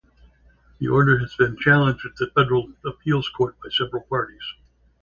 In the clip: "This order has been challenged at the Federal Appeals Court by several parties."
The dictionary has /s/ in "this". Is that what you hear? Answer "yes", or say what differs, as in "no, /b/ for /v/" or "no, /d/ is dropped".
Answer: no, /s/ is dropped